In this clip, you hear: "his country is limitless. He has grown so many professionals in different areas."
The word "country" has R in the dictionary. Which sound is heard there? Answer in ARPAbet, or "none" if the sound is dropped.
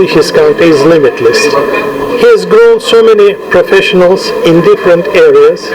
none